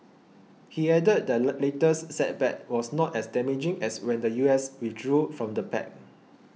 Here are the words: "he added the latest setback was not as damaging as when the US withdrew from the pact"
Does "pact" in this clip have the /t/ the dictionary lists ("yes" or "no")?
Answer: no